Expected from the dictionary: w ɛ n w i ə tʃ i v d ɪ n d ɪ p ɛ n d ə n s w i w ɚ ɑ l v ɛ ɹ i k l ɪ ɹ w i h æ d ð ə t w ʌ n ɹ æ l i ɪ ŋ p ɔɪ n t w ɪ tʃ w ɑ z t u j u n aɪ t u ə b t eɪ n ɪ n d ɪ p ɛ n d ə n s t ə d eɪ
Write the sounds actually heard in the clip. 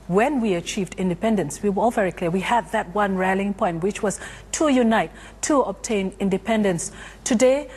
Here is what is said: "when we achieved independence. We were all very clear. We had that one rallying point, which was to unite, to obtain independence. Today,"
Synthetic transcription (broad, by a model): w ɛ n w i ə tʃ i v d ɪ n d ɪ p ɛ n d ə n s w i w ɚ ɑ l v ɛ ɹ i k l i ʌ w i h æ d ð ə t w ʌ n ɹ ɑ l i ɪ ŋ p ɔɪ n t w ɪ tʃ w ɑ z t u j u n aɪ t u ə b t eɪ n ɪ n d ɪ p ɛ n d ə n s t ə d eɪ